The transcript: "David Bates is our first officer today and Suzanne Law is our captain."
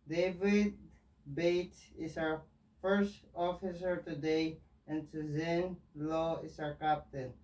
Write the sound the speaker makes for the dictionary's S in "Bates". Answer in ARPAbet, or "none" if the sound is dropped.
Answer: none